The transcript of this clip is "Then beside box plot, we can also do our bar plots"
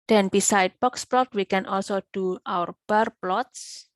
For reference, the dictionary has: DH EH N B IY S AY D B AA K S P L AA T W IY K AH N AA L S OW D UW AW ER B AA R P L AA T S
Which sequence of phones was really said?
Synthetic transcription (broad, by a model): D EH N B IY S AY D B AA K S P L AA T W IY K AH N AA L S OW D UW AW ER B AA R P L AA T S